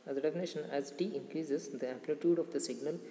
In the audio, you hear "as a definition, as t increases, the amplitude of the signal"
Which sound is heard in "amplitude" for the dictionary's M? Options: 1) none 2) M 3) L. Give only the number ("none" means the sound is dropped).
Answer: 1